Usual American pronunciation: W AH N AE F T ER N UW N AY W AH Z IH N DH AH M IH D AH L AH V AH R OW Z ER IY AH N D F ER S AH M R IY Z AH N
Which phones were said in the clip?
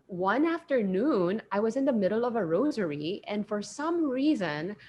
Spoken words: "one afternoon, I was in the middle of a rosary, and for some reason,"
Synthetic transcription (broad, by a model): W AH N AE F T ER N UW N AY W AH Z IH N DH AH M IH D L AH V AH R OW Z ER IY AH N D F ER S AH M R IY Z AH N